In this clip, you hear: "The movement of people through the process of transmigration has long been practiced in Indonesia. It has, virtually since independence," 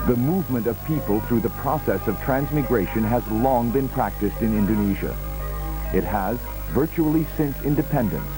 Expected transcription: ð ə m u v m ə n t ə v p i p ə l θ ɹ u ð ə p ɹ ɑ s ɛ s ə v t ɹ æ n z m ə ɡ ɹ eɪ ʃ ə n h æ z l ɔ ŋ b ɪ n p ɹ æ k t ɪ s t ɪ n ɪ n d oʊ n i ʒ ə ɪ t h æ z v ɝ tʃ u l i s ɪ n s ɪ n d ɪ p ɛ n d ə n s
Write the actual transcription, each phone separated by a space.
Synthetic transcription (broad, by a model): ð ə m u v m ə n t ə v p i p ə l θ ɹ u ð ə p ɹ ɑ s ɛ s ə v t ɹ æ n z m ə ɡ ɹ eɪ ʃ ə n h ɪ z l ɔ ŋ b ɪ n p ɹ æ k t ɪ s t ɪ n ɪ n d oʊ n i ʒ ə ɪ t h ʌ z v ɝ tʃ u l i s ɪ n s ɪ n d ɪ p ɛ n d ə n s